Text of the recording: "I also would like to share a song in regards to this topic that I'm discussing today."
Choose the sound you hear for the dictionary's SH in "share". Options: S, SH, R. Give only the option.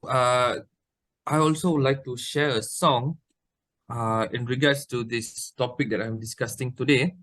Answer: SH